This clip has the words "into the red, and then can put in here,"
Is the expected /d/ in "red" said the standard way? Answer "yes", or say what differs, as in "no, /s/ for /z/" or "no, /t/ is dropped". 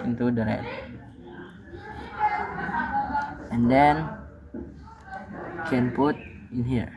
no, /d/ is dropped